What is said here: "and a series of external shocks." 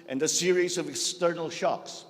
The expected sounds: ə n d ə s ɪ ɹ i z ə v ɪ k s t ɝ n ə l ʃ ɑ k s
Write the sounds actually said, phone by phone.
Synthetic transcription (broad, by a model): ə n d ə s ɪ ɹ i z ə v ɪ k s t ɝ n ə l ʃ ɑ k s